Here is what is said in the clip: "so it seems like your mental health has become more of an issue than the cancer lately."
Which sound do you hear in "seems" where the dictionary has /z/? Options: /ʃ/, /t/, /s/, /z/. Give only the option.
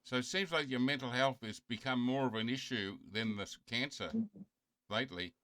/z/